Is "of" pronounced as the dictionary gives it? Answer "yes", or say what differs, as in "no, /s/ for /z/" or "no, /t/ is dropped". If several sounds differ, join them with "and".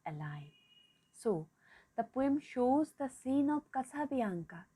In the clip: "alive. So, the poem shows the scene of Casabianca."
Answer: no, /p/ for /v/